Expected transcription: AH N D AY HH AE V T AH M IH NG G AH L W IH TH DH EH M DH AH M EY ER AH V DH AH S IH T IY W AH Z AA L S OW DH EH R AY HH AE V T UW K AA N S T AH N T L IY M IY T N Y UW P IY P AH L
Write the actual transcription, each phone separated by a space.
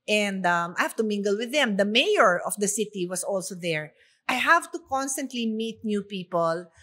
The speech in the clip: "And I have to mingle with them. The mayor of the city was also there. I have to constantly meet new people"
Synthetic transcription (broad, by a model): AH N D AY HH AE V T AH M IH NG G AH L W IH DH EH M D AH M EY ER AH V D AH S IH T IY W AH S AA L S OW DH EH R AY HH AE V T UW K AA N S T AH N T L IY M IY T N Y UW P IY P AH L